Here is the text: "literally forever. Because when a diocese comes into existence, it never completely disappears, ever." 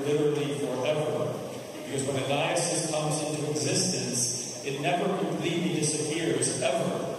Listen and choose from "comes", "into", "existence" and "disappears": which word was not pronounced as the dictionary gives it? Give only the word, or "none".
none